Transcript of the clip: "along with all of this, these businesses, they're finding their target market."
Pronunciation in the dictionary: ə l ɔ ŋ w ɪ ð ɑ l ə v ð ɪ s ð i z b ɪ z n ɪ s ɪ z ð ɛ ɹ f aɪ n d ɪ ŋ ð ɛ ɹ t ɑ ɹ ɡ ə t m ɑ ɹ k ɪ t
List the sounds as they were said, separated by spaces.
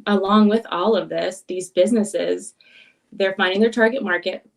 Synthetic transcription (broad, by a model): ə l ɔ ŋ w ɪ ð ɑ l ə v ð ɪ s ð i z b ɪ z n ɪ s ɪ z ð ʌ ɹ f aɪ n d ɪ ŋ ð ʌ ɹ t ɑ ɹ ɡ ə t m ɑ ɹ k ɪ t